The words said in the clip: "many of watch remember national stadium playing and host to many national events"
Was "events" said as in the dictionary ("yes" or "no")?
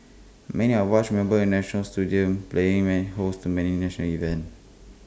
no